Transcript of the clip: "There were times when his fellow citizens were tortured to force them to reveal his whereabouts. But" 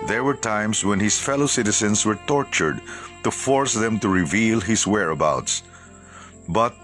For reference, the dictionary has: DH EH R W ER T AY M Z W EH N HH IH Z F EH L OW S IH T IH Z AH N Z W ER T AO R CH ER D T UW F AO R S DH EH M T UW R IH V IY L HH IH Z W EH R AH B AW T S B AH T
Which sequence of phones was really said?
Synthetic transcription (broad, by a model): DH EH R W ER T AY M S W EH N HH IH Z F EH L OW S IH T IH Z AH N S W ER T AO R CH ER D T UW F AO R S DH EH M T UW R IH V IY L HH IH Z W EH R AH B AW T S B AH T